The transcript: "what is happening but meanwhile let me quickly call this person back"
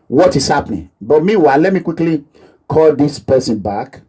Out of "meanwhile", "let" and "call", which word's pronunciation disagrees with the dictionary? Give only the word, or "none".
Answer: meanwhile